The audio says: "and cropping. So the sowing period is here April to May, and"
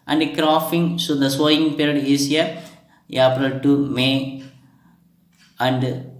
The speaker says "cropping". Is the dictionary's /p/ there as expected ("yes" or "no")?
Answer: no